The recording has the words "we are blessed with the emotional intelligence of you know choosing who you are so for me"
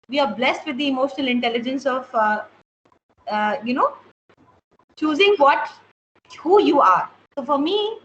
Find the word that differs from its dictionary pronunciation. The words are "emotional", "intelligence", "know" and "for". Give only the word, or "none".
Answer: none